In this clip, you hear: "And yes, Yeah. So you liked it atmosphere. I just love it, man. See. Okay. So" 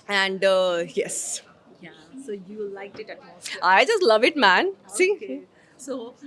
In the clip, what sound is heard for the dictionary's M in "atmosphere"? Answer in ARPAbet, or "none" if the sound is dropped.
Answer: none